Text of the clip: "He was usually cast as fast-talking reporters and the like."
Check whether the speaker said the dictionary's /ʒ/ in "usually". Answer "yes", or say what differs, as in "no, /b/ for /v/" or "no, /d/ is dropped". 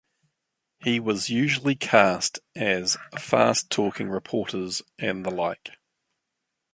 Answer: yes